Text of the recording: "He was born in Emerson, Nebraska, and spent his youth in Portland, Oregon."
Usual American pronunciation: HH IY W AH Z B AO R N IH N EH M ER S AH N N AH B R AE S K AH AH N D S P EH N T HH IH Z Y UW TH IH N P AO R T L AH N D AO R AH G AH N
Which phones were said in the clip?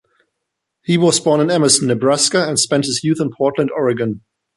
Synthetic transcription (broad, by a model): HH IY W AH Z B AO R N IH N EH M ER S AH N N AH B R AE S K AH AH N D S P EH N T HH IH Z Y UW TH IH N P AO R T L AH N D AO R AH G AH N